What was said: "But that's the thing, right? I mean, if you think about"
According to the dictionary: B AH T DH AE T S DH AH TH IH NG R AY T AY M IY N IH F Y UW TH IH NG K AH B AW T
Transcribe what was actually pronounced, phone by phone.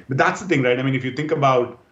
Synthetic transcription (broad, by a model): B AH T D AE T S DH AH T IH NG R AY T AY M IY N IH F Y UW T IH NG K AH B AW T